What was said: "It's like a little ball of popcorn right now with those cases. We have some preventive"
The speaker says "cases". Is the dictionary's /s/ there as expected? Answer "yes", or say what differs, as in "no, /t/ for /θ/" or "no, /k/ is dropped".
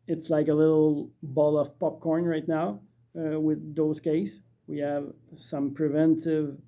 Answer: no, /s/ is dropped